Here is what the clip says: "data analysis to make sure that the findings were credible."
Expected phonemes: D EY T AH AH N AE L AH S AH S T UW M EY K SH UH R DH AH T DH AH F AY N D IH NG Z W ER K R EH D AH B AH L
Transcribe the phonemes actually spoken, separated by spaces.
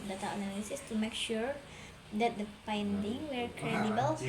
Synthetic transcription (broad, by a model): D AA T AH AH N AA L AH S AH S T UW M EY K SH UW R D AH T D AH P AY N D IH NG W ER K R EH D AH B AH L